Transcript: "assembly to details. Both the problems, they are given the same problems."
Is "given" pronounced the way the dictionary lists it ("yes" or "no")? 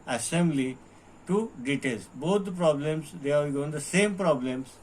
no